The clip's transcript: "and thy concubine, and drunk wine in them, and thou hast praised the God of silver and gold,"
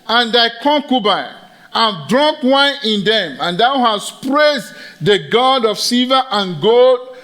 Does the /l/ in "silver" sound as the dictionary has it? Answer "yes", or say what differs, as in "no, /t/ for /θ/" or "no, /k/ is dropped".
no, /l/ is dropped